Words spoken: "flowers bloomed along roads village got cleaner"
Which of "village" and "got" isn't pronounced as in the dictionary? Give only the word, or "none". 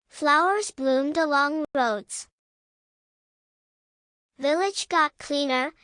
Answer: none